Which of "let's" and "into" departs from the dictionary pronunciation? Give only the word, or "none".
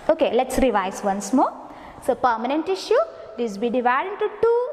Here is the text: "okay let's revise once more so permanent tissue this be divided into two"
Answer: none